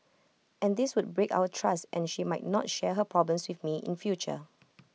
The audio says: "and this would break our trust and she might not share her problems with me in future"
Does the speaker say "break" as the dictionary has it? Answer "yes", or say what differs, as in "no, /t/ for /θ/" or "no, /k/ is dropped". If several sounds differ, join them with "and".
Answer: yes